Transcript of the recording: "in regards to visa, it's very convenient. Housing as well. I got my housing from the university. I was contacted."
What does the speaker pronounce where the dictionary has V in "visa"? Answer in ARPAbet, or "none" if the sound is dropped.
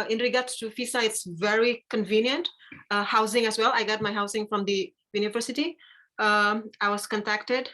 F